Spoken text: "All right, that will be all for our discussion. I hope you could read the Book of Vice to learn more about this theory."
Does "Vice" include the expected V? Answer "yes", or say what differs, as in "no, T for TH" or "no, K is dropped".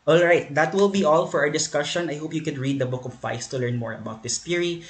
no, F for V